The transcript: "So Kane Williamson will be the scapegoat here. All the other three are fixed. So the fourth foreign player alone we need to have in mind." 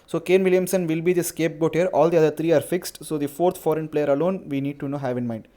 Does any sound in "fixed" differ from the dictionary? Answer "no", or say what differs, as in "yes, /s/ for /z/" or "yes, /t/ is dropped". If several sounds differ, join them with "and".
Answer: no